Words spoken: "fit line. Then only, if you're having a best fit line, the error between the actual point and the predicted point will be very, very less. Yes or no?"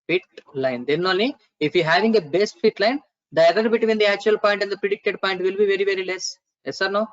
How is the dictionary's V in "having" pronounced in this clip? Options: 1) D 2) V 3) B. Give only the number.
2